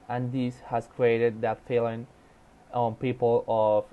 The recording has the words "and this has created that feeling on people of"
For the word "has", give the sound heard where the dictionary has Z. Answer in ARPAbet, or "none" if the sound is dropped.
S